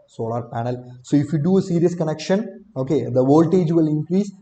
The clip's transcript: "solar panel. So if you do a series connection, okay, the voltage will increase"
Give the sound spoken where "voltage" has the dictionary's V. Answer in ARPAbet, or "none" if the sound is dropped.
V